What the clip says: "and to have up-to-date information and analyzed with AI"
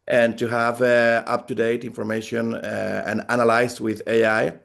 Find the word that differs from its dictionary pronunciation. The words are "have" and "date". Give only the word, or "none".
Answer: none